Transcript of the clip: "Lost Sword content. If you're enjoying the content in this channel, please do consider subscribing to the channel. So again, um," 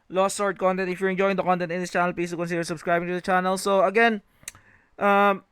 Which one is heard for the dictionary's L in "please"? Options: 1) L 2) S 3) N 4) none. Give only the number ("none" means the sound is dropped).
4